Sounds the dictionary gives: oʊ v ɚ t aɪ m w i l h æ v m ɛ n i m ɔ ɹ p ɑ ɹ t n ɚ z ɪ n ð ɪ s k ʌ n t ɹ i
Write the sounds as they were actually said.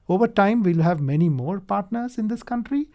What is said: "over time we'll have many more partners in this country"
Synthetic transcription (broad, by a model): oʊ v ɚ t aɪ m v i l h æ v m ɛ n i m ɔ ɹ p ɑ ɹ t n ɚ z ɪ n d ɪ s k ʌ n t ɹ i